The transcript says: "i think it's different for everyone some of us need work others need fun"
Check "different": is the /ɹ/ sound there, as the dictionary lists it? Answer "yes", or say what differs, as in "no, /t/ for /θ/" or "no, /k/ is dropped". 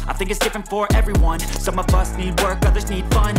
yes